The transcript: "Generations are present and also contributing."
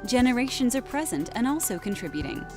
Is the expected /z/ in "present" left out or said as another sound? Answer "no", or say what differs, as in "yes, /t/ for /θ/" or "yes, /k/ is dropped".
no